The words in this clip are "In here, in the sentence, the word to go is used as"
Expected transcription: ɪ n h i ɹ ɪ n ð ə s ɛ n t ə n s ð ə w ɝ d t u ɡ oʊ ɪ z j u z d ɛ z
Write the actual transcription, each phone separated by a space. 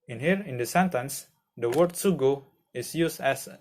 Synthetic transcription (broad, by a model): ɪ n h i ɹ ɪ n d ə s ɛ n t ə n s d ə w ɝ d s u ɡ oʊ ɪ s j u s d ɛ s